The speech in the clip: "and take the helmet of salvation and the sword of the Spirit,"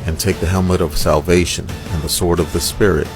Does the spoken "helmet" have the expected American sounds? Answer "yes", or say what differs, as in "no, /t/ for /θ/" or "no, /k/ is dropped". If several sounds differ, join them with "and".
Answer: yes